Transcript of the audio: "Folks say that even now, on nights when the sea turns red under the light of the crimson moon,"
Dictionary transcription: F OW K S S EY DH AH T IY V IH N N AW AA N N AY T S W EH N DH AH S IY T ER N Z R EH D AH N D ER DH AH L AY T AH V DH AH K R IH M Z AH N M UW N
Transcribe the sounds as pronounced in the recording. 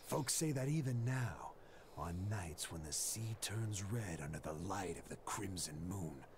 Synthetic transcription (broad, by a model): F OW K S S EY DH AH T IY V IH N N AW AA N N AY T S W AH N DH AH S IY T ER N Z R EH D AH N D ER DH AH L AY T AH V DH AH K R IH M Z AH N M UW N